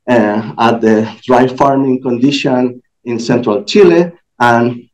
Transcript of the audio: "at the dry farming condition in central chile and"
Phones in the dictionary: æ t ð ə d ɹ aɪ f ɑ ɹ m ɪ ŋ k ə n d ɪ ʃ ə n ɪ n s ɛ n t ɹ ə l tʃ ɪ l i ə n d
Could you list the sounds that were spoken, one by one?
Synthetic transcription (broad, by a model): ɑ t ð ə d ɹ aɪ f ɑ ɹ m ɪ ŋ k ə n d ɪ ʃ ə n ɪ n s ɛ n t ɹ ə l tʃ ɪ l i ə n